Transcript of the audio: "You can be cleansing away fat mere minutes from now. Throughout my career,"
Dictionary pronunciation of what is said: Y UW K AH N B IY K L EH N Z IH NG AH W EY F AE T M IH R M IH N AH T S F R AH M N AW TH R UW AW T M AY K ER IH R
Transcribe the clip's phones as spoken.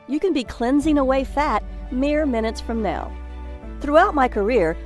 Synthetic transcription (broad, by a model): Y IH K AH N B IY K L EH N Z IH NG AH W EY F AE T M IH R M IH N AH T S F R AH M N AW TH R UW AW T M AY K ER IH R